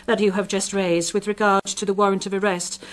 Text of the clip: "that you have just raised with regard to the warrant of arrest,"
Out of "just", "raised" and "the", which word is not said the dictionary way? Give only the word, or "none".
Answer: none